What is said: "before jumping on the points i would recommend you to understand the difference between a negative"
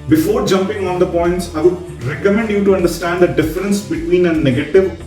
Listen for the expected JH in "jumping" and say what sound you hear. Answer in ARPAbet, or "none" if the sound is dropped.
JH